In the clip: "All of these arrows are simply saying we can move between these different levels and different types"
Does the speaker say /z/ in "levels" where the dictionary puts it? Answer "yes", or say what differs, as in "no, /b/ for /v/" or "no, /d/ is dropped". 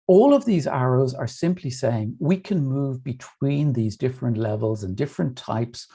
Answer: yes